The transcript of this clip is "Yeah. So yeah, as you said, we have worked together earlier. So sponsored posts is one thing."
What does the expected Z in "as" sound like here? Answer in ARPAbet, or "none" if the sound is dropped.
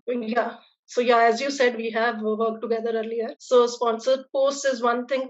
Z